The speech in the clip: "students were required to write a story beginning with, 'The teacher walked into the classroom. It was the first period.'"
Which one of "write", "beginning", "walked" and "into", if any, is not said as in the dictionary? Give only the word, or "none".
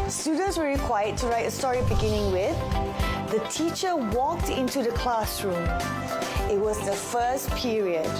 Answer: none